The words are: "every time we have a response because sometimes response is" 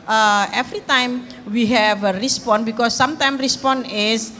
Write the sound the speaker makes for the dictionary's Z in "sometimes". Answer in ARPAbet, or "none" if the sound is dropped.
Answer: none